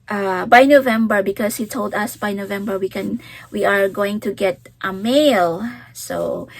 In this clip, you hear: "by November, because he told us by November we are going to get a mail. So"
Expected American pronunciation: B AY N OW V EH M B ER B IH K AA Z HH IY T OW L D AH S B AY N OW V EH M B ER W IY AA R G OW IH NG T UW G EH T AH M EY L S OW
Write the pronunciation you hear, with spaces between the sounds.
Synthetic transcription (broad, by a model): B AY N OW V EH M B ER B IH K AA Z HH IY T OW L D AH S B AY N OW V EH M B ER W IY AA R G OW IH NG T UW G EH T AH M EY L S OW